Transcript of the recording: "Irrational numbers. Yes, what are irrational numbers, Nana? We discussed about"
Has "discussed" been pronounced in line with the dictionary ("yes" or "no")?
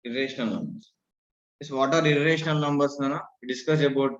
no